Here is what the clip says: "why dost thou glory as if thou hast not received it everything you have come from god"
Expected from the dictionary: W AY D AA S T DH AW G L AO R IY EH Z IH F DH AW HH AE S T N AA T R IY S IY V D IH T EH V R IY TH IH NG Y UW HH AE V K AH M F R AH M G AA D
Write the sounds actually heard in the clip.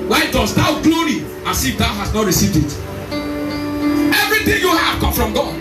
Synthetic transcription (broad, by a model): W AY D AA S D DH AW G L AO R IY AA S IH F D AW HH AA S N AA T R IY S IY V D IH T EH V R IY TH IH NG Y UW HH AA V K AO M F R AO M G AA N